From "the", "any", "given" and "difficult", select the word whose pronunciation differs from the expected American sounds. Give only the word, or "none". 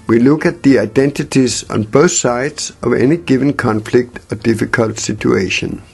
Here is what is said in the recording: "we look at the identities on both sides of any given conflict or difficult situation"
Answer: none